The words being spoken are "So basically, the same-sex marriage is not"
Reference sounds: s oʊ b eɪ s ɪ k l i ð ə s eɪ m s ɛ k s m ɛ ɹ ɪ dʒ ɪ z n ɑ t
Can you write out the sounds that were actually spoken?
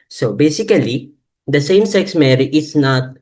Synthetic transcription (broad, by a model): s oʊ b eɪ s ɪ k l i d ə s eɪ m s ɛ k s m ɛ ɹ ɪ ɪ s n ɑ t